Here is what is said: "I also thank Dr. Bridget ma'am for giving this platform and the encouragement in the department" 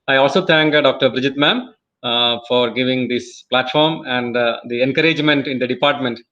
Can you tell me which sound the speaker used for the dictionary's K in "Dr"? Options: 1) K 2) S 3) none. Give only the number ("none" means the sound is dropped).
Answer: 1